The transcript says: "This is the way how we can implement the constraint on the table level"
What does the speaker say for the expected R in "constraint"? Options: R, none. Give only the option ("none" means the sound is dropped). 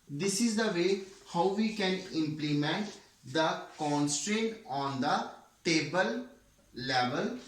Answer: R